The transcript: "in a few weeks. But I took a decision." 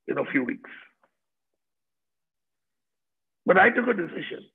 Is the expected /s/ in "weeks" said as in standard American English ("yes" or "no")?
yes